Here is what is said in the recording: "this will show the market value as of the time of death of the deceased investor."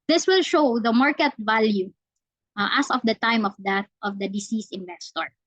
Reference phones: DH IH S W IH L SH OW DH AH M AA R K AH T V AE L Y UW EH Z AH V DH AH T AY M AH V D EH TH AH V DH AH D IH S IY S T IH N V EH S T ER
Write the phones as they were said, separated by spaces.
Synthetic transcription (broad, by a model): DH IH S W IH L SH OW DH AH M AA R K AH T V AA L Y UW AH S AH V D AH T AY M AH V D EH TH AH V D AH D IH S IY S IH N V EH S T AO